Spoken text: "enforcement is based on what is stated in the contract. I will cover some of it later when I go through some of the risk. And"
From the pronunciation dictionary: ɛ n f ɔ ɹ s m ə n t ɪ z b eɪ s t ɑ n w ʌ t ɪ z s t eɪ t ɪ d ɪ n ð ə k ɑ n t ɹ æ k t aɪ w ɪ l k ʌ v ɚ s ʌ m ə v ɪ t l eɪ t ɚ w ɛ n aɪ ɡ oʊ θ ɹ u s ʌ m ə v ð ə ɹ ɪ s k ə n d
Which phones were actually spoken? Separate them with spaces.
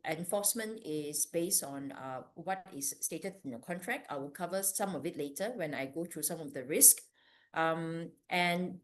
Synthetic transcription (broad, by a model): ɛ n f ɔ s m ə n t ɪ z b eɪ s t ɑ n w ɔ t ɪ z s t eɪ t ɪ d ɪ n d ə k ɑ n t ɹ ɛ k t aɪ w ɪ l k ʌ v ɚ s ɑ m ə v ɪ t l eɪ t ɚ w ɛ n aɪ ɡ oʊ t ɹ u s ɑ m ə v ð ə ɹ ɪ s k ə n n